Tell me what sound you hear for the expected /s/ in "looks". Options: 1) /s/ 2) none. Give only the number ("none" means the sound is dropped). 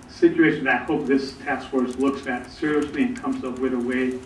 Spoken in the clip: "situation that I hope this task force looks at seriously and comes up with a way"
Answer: 1